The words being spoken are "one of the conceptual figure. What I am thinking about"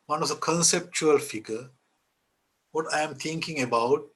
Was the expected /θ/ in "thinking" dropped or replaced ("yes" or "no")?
yes